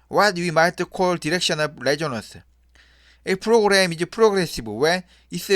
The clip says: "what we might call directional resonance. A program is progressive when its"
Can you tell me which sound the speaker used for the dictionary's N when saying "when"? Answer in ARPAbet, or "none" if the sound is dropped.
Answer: none